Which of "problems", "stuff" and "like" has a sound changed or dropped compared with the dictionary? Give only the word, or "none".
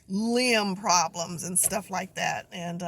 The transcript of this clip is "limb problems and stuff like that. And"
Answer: none